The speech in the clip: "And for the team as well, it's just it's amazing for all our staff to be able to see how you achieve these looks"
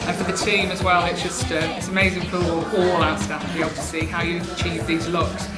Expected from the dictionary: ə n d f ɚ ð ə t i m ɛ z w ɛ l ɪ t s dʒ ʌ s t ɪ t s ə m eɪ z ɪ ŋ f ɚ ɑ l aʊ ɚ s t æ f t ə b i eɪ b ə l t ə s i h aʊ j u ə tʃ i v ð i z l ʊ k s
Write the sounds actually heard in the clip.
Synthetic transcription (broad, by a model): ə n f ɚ ð ə t i m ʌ z w ɛ l ɪ t s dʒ ʌ s t ɪ t s ə m eɪ z ɪ ŋ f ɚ ɑ l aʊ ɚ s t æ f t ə b i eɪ b l t ə s i h aʊ j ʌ ə tʃ i v ð i z l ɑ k s